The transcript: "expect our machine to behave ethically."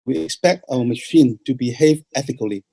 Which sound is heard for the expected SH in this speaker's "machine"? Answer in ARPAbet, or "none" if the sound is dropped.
SH